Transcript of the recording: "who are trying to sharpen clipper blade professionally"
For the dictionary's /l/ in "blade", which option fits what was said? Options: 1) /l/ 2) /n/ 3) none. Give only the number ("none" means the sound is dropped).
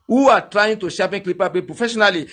3